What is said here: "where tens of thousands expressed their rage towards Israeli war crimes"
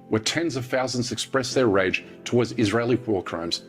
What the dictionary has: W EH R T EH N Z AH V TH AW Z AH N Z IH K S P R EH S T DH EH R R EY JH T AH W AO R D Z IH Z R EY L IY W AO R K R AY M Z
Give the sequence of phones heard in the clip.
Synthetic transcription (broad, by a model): W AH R T EH N Z AH V TH AW Z AH N Z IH K S P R EH S DH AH R R EY JH T AH W AO R D Z IH Z R EY L IY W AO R K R AY M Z